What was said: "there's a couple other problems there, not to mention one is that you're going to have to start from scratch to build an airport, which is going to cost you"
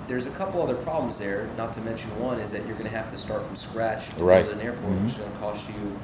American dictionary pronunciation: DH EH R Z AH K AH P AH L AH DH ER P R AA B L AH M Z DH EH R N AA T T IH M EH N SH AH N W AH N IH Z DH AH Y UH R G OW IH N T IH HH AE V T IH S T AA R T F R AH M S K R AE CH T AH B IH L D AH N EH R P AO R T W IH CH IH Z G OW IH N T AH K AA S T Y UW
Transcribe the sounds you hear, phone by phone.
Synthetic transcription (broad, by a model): DH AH R Z AH K AH P L AH DH ER P R AA B L AH M Z DH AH R N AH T T IH M EH N SH AH N W AH N IH Z DH AH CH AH R G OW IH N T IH HH AE F T IH S T AA R T F R AH M S K R AE CH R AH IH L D AH N EH R P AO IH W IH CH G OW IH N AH K AA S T Y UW